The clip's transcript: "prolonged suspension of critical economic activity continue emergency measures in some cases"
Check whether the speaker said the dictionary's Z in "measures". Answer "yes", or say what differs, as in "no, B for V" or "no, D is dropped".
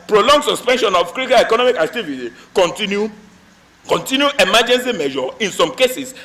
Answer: no, Z is dropped